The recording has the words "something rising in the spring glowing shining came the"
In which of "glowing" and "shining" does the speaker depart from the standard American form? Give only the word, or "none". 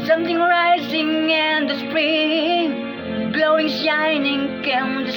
none